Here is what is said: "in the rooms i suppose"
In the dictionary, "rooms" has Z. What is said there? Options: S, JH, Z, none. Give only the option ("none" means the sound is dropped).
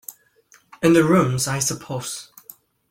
Z